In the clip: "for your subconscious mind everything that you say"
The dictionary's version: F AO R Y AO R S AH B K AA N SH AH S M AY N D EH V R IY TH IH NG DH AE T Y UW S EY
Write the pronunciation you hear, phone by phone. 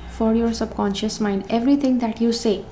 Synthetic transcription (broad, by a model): F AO R Y AO R S AH B K AA N SH AH S M AY N D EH V R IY T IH NG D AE T Y UW S EY